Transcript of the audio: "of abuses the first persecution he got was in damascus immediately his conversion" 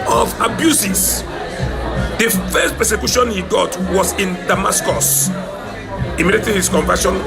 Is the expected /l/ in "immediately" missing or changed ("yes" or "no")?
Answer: yes